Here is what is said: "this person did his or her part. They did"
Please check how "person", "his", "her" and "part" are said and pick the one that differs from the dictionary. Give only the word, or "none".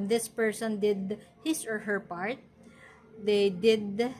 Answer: his